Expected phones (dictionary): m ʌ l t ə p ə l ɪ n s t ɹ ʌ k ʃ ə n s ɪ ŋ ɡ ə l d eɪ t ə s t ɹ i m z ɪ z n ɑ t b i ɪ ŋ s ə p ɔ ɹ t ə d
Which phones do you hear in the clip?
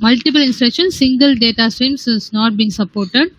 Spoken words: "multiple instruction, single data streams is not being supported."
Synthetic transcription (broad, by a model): m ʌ l t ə p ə l ɪ n s t ɹ ʌ k ʃ ə n s ɪ ŋ ɡ ə l d eɪ t ə s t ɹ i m s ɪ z n ɑ t b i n s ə p ɔ ɹ t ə d